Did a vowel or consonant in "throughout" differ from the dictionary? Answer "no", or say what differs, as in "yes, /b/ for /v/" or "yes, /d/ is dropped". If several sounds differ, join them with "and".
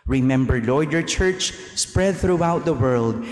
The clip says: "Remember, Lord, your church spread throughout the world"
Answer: no